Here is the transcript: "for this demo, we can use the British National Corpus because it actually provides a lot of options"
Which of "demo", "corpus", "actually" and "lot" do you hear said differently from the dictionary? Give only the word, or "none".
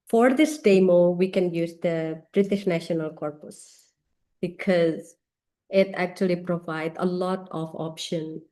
none